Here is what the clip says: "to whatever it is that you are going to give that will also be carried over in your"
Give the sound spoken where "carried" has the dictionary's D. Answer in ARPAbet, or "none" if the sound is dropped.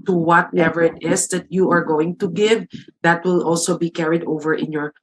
D